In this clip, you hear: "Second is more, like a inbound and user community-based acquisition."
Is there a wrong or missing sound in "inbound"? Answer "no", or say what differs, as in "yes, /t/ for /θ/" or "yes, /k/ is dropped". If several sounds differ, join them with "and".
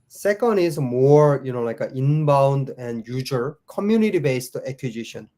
no